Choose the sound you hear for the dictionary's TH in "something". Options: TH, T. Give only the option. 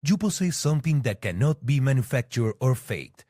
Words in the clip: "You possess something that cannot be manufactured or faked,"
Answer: T